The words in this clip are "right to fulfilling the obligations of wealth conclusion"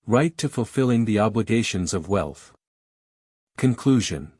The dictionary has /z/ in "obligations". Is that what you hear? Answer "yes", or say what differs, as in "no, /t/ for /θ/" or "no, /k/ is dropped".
yes